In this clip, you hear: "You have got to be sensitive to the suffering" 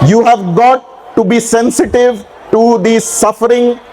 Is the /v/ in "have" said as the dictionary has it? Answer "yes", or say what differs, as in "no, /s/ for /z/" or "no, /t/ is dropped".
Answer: yes